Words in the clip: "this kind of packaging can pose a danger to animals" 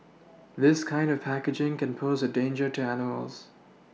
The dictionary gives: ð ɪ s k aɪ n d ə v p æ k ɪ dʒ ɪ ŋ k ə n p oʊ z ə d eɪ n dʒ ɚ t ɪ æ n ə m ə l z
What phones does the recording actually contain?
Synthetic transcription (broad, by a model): ð ɪ s k aɪ n d ə v p æ k ɪ dʒ ɪ ŋ k ə n p oʊ z ə d eɪ n dʒ ɚ t ɪ æ n ə m ə l z